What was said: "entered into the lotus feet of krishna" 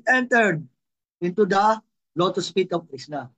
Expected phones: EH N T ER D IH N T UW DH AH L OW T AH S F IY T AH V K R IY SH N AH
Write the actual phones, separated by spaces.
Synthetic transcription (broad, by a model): EH N T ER D IH N T UW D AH L OW T AH S P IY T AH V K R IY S N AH